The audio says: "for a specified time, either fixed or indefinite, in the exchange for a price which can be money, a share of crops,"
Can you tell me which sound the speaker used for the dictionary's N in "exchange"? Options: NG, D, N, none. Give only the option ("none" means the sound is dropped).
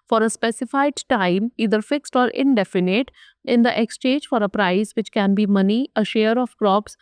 none